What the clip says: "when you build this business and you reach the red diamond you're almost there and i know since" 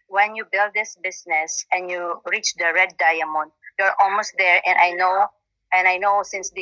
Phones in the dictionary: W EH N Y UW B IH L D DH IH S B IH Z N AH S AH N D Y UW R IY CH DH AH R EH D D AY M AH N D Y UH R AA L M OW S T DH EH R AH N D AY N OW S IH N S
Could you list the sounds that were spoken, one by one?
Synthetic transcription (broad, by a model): W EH N Y UW B IH L D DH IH S B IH S N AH S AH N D Y UW R IY CH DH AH R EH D D AY M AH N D Y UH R AA L M OW S T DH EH R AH N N AY N OW S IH N S